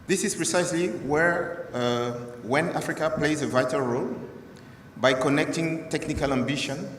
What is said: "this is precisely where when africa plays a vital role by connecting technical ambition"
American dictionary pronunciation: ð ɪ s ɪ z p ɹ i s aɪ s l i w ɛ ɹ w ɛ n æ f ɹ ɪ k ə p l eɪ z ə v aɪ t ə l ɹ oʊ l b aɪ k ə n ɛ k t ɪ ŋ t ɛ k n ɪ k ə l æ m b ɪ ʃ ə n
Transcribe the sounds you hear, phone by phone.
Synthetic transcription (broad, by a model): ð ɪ s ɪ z p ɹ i s aɪ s l i w ɛ ɹ w ɛ n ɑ f ɹ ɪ k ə p l eɪ z ə v aɪ t ə l ɹ oʊ l b aɪ k ə n ɛ k t ɪ ŋ t ɛ k n ɪ k ə l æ m b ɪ ʃ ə n